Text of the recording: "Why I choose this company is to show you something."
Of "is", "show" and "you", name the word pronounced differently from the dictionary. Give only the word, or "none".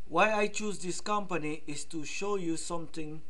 is